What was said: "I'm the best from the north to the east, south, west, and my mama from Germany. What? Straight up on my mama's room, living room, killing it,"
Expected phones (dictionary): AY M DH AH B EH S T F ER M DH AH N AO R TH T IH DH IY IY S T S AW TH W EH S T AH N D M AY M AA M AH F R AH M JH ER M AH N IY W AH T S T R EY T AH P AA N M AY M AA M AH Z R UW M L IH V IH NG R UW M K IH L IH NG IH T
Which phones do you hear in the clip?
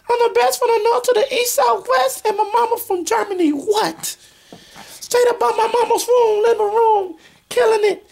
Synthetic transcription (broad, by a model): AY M DH AH B EH S T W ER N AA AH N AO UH T IH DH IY IY S T S AW TH W EH S T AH N M AY M AA M AH F R AH M JH ER M AH N IY W AH T S T EY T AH B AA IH M AY M AA M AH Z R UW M L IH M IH R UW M K IH L IH NG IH T